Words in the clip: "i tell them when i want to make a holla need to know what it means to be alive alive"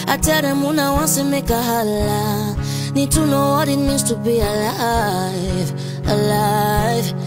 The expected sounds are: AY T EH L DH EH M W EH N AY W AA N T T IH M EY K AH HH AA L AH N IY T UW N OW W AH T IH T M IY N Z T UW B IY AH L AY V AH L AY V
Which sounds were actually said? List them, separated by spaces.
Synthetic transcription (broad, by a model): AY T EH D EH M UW N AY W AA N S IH M EY K AH HH AA L AH N IY T UW N OW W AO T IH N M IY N S T UW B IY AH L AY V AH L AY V